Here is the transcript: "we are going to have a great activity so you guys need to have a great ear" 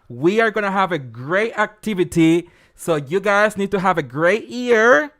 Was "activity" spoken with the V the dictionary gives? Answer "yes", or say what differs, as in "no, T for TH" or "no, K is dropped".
yes